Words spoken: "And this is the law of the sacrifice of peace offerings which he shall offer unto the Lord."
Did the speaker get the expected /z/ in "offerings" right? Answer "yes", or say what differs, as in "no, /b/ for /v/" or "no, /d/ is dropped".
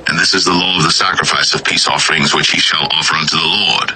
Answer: yes